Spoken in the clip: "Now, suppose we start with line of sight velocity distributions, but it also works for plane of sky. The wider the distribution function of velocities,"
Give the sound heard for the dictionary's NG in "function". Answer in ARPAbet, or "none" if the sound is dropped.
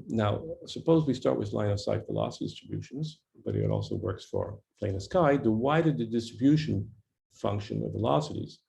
NG